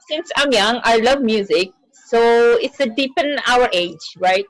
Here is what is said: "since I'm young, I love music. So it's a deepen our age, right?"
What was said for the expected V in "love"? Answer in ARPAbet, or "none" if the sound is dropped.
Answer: V